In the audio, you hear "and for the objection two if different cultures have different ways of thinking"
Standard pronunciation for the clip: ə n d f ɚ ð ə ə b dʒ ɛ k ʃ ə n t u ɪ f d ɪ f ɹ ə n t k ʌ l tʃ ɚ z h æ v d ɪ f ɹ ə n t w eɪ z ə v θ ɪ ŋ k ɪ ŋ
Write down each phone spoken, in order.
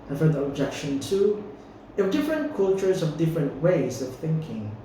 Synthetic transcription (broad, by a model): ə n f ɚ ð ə ə b dʒ ɛ k ʃ ə n t u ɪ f d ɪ f ɹ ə n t k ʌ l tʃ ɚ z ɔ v d ɪ f ɹ ə n t w eɪ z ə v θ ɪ ŋ k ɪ ŋ